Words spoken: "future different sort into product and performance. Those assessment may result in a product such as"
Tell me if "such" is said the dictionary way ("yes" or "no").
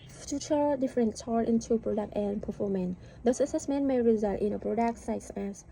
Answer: no